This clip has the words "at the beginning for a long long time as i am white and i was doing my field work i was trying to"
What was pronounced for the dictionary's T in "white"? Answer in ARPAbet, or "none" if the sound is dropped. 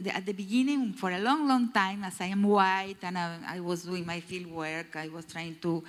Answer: T